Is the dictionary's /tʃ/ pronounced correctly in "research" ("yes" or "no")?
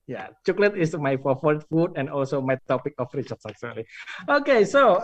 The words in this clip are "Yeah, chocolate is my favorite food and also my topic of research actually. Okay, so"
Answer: no